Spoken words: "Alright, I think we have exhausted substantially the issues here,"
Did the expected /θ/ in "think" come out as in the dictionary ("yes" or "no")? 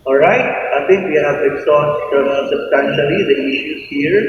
no